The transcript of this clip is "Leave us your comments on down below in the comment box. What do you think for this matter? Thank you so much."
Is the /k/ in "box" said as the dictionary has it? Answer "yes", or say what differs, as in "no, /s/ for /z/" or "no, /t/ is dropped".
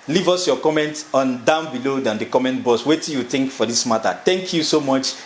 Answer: no, /k/ is dropped